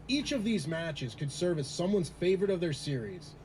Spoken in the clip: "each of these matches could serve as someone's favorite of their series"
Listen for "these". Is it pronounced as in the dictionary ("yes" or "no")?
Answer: yes